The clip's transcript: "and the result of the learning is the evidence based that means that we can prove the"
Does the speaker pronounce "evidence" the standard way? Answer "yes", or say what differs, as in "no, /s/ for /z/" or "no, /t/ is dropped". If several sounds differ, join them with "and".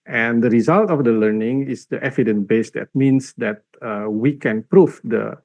no, /s/ is dropped